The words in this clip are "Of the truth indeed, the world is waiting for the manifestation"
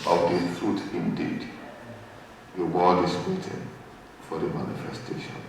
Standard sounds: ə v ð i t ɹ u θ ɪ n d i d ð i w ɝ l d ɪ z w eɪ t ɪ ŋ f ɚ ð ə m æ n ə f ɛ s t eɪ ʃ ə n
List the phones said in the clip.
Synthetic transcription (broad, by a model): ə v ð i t ɹ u t ɪ n d i d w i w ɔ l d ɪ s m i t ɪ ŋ f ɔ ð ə m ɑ n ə f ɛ s t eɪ ʃ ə n